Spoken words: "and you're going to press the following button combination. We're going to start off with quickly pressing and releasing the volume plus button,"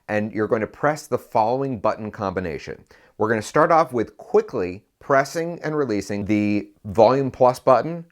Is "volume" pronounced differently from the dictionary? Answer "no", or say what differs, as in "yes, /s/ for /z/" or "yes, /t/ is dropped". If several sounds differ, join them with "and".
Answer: no